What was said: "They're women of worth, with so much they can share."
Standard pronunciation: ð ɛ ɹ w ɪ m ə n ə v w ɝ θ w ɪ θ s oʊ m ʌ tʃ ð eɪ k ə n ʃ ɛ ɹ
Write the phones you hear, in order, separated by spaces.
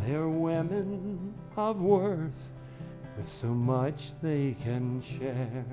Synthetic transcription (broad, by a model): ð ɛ ɹ w ɪ m ə n ə v w ɝ θ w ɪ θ s oʊ m ʌ tʃ ð eɪ k ə n ʃ ɛ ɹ